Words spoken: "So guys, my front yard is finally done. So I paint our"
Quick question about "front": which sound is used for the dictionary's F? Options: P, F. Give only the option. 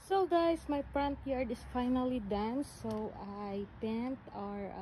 P